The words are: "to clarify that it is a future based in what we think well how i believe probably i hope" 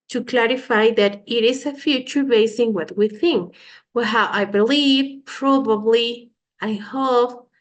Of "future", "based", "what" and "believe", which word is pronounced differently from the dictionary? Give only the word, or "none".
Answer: based